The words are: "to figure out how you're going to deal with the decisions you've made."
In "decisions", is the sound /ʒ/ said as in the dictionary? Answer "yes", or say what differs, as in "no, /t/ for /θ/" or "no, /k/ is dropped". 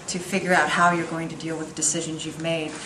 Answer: yes